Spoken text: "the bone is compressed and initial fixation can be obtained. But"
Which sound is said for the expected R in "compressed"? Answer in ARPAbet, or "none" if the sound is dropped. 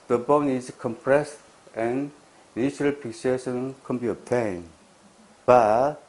R